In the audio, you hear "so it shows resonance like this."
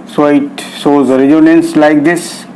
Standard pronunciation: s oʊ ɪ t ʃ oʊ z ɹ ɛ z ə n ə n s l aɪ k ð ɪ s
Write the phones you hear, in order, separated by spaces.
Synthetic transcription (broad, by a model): s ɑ ɪ t s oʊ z ɹ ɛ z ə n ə n s l aɪ k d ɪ s